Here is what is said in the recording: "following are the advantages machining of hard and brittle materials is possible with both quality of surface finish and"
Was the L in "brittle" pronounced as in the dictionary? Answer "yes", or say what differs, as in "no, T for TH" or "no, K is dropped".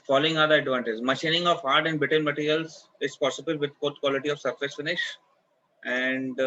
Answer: no, N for L